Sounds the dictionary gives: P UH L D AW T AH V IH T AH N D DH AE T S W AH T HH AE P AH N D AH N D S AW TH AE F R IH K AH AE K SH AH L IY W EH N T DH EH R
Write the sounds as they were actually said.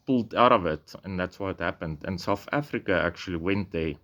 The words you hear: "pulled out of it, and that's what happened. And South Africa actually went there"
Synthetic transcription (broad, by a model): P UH L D AW T AH V IH T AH N DH AE T S W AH T HH AE P AH N D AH N S AW TH AE F R IH K AH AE K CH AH L IY W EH N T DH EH